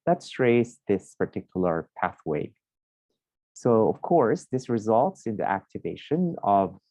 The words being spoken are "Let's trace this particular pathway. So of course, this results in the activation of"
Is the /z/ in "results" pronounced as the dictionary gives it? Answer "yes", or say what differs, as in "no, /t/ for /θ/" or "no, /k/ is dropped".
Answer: yes